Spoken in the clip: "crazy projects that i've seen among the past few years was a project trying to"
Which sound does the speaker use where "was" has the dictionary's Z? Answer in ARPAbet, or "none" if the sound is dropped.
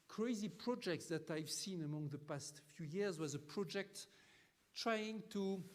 Z